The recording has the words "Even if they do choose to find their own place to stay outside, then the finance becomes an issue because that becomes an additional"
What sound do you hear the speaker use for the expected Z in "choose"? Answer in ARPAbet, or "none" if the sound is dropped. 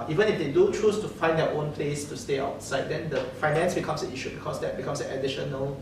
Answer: S